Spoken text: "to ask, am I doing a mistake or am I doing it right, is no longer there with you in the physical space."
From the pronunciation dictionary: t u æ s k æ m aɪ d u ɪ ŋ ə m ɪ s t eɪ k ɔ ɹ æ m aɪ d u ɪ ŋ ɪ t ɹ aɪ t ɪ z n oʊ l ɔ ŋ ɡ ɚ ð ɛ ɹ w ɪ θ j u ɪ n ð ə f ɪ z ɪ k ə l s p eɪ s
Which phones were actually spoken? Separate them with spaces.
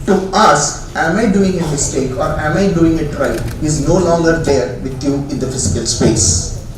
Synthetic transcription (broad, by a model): t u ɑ s k æ m aɪ d u ɪ ŋ ə m ɪ s t eɪ k ɔ ɹ æ m aɪ d u ɪ ŋ ɪ t ɹ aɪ ɪ z n oʊ l ɔ ŋ ɡ ɚ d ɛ ɹ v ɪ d j u ɪ n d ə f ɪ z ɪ k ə l s p eɪ s